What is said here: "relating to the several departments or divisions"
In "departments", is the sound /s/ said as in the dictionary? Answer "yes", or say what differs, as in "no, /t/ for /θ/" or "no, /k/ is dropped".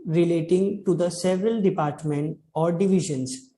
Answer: no, /s/ is dropped